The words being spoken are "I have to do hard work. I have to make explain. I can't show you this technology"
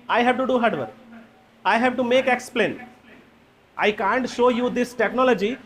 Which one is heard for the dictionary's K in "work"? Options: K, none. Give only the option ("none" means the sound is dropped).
none